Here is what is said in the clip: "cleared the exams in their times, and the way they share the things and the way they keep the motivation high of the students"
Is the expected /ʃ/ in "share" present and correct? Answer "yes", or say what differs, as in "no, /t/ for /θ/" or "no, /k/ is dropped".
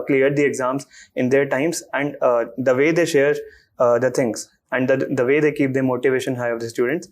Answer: yes